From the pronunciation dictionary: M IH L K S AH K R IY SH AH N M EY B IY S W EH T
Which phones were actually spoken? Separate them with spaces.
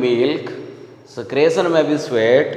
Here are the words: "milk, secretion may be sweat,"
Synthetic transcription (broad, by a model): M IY L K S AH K R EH S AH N M EY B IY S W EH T